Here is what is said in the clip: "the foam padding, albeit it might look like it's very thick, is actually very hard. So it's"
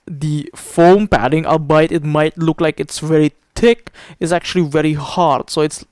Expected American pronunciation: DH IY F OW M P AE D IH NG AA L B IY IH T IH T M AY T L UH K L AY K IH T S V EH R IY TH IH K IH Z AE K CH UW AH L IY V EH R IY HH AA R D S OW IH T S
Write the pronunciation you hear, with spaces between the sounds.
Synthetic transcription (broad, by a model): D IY F OW M P AE D IH NG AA B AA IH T IH T M AY T L UH K L AY K IH T S V EH R IY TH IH K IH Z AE K CH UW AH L IY V EH R IY HH AA R D S OW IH T S